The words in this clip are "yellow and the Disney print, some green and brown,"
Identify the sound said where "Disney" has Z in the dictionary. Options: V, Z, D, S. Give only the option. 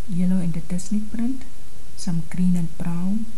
S